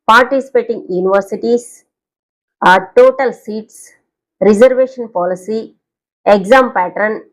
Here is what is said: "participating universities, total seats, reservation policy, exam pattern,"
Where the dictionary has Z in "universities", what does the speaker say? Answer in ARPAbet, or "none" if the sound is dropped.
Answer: S